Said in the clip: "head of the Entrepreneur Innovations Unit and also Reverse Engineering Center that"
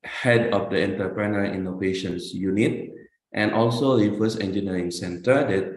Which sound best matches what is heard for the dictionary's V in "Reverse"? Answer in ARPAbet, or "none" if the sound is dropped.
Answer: F